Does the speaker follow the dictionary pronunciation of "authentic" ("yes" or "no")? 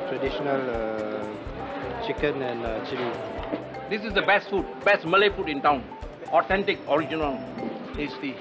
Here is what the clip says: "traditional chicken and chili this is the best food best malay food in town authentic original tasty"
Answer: no